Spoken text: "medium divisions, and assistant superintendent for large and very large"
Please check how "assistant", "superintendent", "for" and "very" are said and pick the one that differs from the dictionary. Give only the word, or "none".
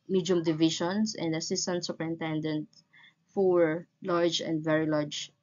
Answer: for